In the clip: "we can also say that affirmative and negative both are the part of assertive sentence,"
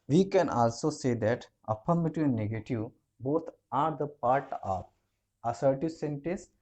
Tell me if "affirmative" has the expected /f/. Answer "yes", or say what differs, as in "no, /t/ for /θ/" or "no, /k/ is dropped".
no, /p/ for /f/